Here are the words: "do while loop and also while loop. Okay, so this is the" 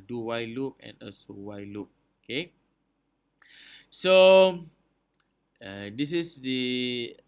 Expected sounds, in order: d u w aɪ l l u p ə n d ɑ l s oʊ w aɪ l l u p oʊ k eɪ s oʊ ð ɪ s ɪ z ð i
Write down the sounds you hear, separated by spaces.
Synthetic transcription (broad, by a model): d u w aɪ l l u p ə n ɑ s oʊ w aɪ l l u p oʊ k eɪ s oʊ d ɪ s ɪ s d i